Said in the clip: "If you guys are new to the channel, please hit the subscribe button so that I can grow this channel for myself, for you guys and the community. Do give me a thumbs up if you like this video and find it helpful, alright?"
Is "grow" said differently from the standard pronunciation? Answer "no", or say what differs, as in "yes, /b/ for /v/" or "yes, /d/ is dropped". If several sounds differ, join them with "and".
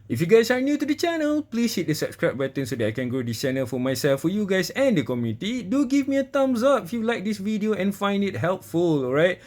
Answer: no